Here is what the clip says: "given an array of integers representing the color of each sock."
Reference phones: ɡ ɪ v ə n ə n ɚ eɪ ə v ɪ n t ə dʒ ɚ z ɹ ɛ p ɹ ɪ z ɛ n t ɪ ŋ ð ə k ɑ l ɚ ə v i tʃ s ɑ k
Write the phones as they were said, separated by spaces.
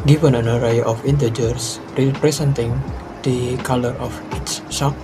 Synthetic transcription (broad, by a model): ɡ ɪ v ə n ə n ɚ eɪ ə f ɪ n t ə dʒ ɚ s ɹ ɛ p ɹ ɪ s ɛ n t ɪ ŋ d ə k ɑ l ɚ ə f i s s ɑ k